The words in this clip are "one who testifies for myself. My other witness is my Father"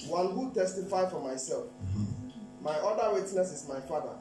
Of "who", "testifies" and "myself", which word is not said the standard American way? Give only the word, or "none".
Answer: testifies